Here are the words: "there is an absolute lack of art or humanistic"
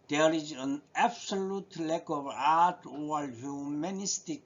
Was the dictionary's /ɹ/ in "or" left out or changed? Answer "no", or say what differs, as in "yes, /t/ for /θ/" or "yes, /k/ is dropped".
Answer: yes, /l/ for /ɹ/